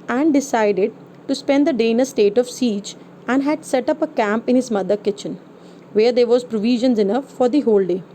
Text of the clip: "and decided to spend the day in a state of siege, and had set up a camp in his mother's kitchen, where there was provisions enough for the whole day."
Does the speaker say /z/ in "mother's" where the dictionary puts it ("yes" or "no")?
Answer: no